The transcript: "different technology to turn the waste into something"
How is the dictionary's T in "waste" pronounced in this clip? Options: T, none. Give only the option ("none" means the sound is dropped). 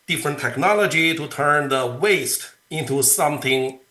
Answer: T